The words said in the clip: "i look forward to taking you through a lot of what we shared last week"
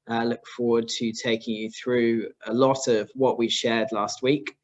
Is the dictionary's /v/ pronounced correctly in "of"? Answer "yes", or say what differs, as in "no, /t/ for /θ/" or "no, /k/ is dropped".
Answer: yes